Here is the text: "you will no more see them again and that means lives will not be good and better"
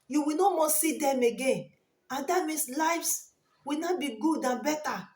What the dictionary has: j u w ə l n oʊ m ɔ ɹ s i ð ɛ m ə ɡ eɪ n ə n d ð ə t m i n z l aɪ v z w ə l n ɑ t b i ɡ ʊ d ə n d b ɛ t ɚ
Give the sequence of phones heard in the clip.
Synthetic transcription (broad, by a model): j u w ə n oʊ m ɔ s i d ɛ m ə ɡ eɪ n ə n d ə t m i n s l aɪ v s w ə n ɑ b i ɡ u d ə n b ɛ t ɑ